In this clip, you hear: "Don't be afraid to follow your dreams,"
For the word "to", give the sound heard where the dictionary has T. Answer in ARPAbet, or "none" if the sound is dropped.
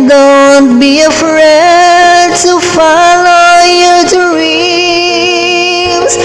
T